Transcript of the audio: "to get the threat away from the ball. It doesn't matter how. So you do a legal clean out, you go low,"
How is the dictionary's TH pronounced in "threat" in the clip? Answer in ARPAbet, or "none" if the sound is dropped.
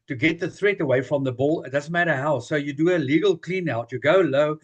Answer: TH